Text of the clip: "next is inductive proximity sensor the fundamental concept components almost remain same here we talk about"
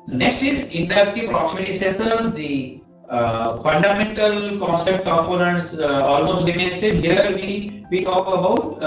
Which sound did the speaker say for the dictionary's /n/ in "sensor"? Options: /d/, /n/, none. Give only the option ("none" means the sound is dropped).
none